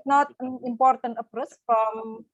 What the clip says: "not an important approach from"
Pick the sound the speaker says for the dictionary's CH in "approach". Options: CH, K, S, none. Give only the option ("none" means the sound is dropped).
S